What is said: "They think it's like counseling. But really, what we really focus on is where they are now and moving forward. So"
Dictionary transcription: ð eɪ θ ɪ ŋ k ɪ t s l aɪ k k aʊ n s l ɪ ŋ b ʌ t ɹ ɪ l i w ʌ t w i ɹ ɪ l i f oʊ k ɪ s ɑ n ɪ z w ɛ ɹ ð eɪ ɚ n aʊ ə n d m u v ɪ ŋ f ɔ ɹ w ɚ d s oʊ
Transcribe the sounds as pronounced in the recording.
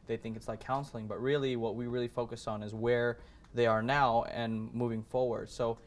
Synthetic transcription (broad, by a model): ð eɪ θ ɪ ŋ k ɪ t s l aɪ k k aʊ n s l ɪ ŋ b ʌ t ɹ ɪ l i w ʌ t w i ɹ ɪ l i f oʊ k ɪ s n ɪ z w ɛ ɹ ð eɪ ɚ n aʊ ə n m u v ɪ ŋ f ɔ ɹ w ɚ d s oʊ